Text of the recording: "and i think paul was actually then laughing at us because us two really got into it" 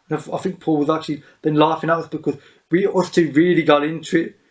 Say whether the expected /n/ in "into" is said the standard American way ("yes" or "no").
yes